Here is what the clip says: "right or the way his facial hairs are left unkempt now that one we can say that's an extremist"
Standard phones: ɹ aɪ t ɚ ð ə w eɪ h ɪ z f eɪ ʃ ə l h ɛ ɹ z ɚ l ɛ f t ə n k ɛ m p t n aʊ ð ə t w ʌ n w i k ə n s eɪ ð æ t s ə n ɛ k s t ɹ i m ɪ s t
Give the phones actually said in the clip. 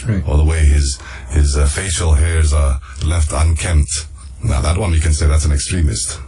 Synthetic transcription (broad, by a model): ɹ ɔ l ð ə w eɪ h ɪ z f eɪ ʃ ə l h ɛ ɹ z ɚ l ɛ f t ə n k ɛ m p t n aʊ ð ə t w ʌ n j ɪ k ə n s eɪ ð æ t s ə n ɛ k s t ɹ i m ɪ s t